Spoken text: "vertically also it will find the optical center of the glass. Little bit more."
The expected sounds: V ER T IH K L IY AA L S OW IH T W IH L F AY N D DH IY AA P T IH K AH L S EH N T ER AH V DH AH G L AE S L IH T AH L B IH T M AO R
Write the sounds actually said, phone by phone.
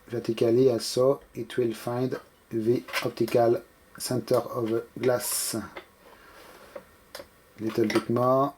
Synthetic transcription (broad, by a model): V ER T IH K L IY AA S OW IH T W IH L F AY N D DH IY AA P T IH K AH L S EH N T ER AH V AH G L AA S L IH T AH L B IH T M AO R